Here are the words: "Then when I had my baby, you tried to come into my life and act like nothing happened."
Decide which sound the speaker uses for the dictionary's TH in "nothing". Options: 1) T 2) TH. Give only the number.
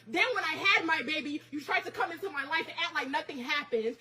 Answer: 2